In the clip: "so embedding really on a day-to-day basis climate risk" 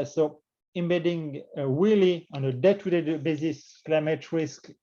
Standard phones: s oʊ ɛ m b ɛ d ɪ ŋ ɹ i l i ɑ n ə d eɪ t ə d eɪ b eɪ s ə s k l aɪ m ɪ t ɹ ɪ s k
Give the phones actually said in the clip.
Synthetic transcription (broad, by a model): s oʊ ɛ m b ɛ d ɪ ŋ w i l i ɑ n ə d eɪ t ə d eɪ b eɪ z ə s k l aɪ m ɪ t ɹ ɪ s k